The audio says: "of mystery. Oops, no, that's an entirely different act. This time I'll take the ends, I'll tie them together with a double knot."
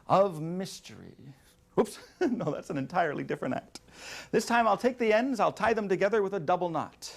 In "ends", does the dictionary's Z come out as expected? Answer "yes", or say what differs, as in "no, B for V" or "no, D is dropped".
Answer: yes